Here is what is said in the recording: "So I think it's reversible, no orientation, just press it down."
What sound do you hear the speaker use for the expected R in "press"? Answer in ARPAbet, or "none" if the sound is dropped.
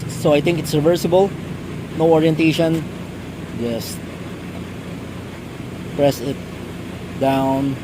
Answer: R